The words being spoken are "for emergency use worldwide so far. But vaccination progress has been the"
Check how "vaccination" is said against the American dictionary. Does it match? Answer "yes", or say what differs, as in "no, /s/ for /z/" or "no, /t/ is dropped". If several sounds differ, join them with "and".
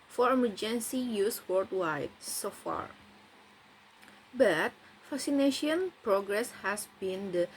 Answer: no, /f/ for /v/